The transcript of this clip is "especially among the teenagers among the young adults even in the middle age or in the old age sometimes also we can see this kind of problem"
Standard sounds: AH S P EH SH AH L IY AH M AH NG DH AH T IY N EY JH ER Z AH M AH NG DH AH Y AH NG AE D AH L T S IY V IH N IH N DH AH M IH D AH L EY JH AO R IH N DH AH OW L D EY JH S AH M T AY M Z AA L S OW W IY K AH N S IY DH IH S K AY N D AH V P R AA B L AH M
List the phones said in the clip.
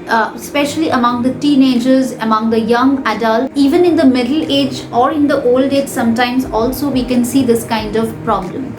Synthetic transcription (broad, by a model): S P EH SH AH L IY AH M AH NG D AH T IY N EY JH ER Z AH M AH NG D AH Y AH NG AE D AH L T IY V IH N IH N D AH M IH D AH L EY JH AO R IH N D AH OW L D EY JH S AH M T AY M Z AA L S OW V IY K AH N S IY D IH S K AY N D AH V P R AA B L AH M